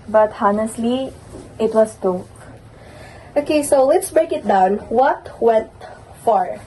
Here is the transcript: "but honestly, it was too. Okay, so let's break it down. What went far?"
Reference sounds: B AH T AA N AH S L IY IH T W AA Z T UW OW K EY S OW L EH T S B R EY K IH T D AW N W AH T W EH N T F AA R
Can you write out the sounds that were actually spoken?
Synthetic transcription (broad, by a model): B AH T AA N AH S L IY IH T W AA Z T UW OW K EY S OW L EH T S B R EY K IH T D AW N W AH T W EH N T F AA R